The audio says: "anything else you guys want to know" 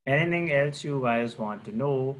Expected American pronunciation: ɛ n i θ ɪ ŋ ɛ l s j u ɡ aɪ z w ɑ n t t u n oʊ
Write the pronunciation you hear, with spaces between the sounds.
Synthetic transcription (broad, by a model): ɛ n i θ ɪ ŋ ɛ l s j u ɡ aɪ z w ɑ n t t u n oʊ